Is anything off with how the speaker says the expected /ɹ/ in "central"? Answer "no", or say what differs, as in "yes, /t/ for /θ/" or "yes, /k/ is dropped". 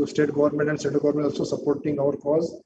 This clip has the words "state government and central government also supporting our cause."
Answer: yes, /ɹ/ is dropped